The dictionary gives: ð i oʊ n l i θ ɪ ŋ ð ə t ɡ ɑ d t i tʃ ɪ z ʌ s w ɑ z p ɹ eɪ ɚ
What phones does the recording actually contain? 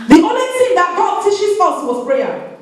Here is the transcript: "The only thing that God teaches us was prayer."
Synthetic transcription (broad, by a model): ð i oʊ n l i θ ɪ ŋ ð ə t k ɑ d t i ʃ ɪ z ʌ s w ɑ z p ɹ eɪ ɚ